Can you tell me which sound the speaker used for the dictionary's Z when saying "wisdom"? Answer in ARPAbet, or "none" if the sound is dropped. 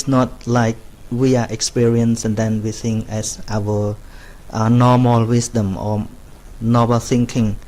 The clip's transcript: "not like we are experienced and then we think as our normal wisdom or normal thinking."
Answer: S